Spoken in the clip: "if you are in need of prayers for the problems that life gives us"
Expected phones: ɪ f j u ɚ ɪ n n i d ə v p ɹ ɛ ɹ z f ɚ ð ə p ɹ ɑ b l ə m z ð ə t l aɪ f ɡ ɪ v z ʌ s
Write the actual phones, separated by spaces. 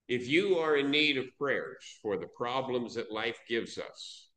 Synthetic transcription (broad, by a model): ɪ f j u ɚ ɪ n n i d ə v p ɹ ɛ ɹ z f ɚ ð ə p ɹ ɑ b l ə m z ð ə t l aɪ f ɡ ɪ v z ʌ s